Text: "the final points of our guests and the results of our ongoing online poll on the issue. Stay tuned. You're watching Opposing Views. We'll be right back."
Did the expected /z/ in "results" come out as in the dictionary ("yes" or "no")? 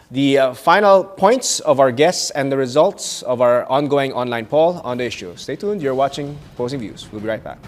yes